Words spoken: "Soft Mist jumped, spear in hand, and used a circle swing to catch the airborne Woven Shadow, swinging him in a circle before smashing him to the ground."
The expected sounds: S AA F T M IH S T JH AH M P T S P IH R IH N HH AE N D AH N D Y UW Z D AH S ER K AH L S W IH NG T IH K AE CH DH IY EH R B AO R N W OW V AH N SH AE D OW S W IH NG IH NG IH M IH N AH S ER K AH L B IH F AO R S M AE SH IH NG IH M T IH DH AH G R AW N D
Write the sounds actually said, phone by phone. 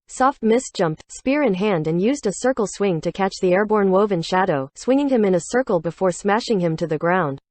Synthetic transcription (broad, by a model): S AA F T M IH S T JH AH M P T S P IH R IH N HH AE N D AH N Y UW Z D AH S ER K L S W IH NG T IH K AE CH DH IY EH R B AO R N W OW V AH N SH AE D OW S W IH NG IH NG IH M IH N AH S ER K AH L B IH F AO R S M AE SH IH NG IH M T IH DH AH G R AW N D